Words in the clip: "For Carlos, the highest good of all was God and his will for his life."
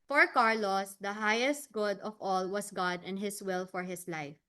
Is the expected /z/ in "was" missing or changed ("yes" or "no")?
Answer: yes